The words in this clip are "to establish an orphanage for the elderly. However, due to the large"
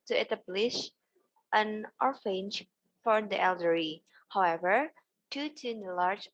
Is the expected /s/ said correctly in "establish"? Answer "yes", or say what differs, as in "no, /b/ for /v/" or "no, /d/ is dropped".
no, /s/ is dropped